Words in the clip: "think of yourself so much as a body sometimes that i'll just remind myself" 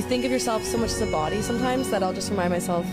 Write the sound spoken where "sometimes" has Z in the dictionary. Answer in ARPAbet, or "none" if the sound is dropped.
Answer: Z